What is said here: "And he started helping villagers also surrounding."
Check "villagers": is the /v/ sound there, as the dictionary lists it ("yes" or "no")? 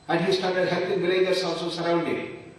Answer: no